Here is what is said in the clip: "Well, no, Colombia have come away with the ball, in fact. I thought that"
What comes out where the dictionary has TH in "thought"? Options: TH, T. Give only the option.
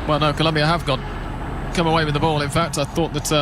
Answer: TH